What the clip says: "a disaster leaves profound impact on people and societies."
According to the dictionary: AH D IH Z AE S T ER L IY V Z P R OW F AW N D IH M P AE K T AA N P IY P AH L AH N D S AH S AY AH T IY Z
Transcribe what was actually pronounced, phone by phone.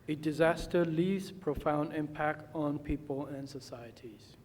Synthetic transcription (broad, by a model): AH D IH Z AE S T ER L IY V Z P R OW F AW N D IH M P AE K T N P IY P AH L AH N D S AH S AY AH T IY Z